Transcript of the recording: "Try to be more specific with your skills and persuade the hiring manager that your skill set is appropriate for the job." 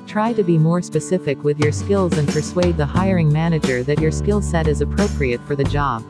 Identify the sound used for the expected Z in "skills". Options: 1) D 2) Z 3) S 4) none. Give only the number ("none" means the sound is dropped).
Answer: 2